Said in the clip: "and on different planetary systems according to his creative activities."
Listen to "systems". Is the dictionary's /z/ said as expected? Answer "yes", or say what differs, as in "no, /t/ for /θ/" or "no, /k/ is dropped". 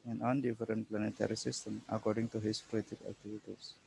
no, /z/ is dropped